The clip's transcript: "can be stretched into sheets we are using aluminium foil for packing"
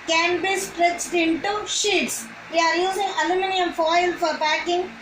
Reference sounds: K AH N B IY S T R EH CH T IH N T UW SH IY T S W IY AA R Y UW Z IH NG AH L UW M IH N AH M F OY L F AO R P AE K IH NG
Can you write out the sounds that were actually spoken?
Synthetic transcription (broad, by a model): K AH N B IY S T R EH CH T IH N T UW SH IY T S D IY AA R Y UW Z IH NG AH L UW M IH N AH M F OY L F AO R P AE K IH NG